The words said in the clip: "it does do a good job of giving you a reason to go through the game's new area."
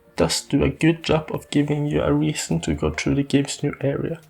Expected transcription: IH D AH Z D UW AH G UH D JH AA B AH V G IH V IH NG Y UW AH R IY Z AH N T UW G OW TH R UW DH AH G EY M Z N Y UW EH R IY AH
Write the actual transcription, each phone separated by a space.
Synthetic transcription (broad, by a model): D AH S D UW AH G UH D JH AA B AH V G IH V IH NG Y UW AH R IY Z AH N T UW G OW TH R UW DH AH G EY M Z N Y UW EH R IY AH